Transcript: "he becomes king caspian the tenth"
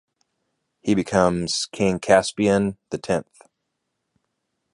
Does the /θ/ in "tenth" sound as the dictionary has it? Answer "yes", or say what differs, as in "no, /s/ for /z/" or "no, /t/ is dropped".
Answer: yes